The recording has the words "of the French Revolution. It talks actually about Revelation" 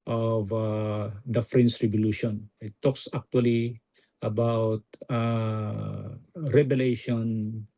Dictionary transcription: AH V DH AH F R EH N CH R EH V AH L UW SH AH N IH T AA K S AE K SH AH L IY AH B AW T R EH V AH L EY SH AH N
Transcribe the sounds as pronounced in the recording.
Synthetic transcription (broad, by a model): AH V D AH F R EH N S R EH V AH L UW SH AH N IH T AA K S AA K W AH L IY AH B AW T R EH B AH L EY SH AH N